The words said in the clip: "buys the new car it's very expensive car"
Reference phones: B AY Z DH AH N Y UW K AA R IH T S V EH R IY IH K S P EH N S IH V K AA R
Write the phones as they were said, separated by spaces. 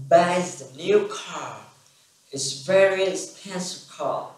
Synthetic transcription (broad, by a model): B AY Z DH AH N Y UW K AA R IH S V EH R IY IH S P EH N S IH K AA